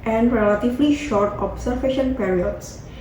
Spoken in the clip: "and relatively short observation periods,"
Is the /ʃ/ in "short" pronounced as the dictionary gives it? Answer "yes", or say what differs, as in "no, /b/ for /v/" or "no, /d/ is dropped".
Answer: yes